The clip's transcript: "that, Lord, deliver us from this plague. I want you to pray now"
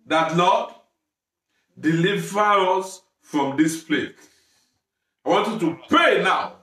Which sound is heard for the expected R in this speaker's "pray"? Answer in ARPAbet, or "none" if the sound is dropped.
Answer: none